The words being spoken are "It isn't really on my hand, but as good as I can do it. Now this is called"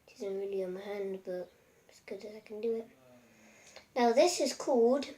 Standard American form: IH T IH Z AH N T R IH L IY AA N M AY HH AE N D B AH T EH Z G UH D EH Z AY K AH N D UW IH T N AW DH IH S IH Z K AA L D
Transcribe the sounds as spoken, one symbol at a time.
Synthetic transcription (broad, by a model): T IH Z AH N T R IH L IY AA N M AY HH AE N D B AH T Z G UH D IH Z AY K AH N D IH IH T N AW DH IH S IH Z K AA L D